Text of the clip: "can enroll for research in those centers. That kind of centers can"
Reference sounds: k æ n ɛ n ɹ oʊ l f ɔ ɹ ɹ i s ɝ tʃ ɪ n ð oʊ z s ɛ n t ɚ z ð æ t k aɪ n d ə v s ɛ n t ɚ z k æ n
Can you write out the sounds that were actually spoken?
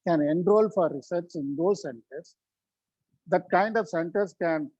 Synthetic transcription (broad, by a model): k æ n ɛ n ɹ oʊ l f ɔ ɹ ɹ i s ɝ s ɪ n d oʊ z s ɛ n t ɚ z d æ t k aɪ n d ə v s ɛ n t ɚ s k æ n